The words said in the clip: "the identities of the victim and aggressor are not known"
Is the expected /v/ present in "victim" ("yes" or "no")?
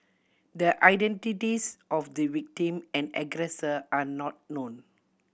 no